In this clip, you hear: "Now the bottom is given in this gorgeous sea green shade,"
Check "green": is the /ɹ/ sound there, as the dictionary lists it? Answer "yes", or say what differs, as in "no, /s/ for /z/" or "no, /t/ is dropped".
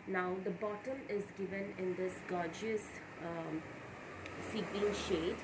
no, /l/ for /ɹ/